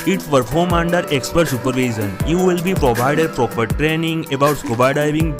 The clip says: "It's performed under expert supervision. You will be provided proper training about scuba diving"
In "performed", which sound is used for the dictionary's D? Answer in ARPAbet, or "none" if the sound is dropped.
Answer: none